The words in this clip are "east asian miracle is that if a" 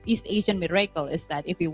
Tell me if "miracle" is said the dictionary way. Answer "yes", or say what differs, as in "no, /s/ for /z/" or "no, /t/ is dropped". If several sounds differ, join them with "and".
yes